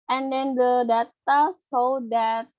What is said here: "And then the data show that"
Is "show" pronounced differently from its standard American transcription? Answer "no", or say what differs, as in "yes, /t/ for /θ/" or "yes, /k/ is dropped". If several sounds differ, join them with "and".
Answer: yes, /s/ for /ʃ/